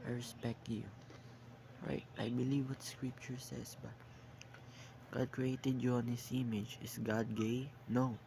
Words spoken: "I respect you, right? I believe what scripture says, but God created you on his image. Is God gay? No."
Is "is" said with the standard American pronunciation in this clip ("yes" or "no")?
no